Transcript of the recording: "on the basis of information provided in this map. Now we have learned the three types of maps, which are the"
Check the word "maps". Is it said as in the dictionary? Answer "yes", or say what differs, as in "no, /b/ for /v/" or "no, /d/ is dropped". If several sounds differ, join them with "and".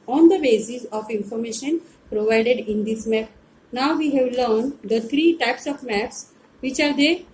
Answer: yes